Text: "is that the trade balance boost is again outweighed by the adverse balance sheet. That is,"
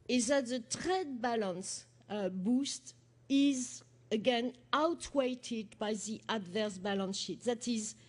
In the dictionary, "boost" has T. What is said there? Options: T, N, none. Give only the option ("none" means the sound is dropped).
T